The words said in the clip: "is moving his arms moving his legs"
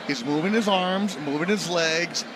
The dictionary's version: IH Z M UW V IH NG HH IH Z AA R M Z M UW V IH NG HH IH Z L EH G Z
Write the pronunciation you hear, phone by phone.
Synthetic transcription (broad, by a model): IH Z M UW V IH NG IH Z AA R M Z M UW V IH NG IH Z L EH G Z